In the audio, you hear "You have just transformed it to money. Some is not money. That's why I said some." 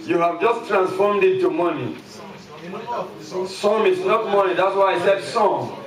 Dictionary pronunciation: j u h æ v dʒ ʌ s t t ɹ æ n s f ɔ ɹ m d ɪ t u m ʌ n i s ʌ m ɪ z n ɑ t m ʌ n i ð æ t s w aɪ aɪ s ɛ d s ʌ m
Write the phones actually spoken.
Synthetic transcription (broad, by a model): j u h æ v dʒ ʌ s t t ɹ æ n s f ɔ ɹ m d ɪ t u m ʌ n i s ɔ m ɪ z n ɑ t m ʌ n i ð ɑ t s w aɪ aɪ s ɛ d s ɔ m